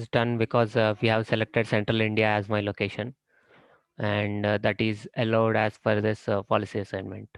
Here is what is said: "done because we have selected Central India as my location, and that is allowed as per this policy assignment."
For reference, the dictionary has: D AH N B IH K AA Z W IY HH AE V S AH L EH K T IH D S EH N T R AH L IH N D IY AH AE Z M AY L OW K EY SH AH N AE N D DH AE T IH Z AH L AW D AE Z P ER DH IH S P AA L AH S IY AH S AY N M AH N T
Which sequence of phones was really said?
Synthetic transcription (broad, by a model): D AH N B IH K AA Z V IY HH AE V S AH L EH K T IH D S EH N T R AH L IH N D IY AH AE Z M AY L OW K EY SH AH N AE N D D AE T IH Z AH L AW D AE Z F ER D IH S P AA L AH S IY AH S AY N M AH N T